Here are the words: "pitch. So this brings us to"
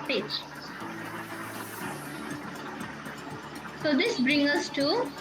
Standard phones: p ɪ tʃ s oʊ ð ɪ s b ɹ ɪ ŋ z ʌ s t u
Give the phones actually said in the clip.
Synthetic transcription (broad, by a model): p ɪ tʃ s oʊ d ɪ s b ɹ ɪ ŋ ʌ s t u